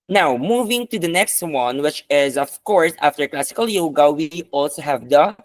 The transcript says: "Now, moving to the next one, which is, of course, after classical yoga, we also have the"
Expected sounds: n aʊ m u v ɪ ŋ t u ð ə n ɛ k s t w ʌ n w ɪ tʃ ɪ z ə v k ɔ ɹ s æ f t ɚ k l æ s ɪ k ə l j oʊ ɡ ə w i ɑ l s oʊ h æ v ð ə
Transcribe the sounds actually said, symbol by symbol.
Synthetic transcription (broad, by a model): n aʊ m u v ɪ ŋ t u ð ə n ɛ k s t w ʌ n w ɪ tʃ ɪ z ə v k ɔ ɹ s æ f t ɚ k l æ s ɪ k ə l j oʊ ɡ ə w i ɑ l s oʊ h æ v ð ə